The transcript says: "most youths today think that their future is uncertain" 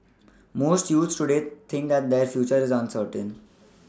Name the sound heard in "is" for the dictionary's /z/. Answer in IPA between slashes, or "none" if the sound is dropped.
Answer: /z/